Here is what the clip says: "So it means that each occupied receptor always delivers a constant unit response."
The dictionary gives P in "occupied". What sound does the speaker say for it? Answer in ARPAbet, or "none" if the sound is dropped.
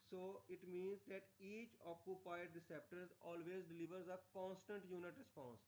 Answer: P